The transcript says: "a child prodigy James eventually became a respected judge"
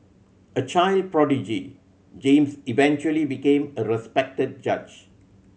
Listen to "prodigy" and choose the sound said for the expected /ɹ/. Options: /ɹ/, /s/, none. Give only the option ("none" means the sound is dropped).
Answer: /ɹ/